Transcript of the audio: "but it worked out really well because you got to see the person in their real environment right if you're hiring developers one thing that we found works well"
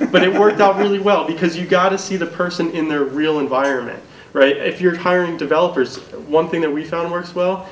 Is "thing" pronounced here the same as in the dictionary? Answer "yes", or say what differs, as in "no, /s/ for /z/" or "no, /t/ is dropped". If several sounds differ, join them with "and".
yes